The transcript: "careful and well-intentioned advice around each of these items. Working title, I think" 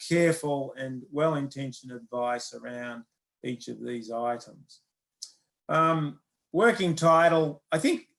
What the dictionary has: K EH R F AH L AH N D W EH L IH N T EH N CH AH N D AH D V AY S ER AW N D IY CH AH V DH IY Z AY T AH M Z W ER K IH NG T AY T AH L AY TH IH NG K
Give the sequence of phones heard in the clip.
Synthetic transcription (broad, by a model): K EH R F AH L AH N W EH L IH N T EH N SH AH N AH D V AY S ER AW N D IY CH AH V DH IY Z AY T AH M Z W ER K IH NG T AY T L AY TH IH NG K